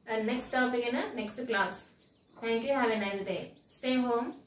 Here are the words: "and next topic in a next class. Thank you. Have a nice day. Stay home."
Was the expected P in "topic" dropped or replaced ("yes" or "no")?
yes